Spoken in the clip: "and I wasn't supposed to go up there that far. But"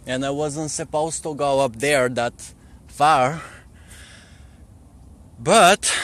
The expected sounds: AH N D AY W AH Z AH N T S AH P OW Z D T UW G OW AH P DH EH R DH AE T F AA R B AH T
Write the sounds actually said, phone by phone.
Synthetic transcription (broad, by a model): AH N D AY W AH Z AH N T S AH P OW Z T UW G OW AH P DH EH R DH AE T F AA R B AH T